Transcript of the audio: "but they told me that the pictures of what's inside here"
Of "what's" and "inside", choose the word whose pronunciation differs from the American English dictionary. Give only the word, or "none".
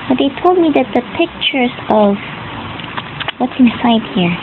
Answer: none